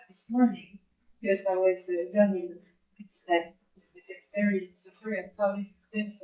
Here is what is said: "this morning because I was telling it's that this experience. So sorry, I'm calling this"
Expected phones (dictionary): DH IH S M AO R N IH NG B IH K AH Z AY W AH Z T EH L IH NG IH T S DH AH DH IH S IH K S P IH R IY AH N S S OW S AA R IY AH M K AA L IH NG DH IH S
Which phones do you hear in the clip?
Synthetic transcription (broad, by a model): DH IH S M AO R N IH NG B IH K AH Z AY W AH Z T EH N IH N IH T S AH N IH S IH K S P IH R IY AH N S S OW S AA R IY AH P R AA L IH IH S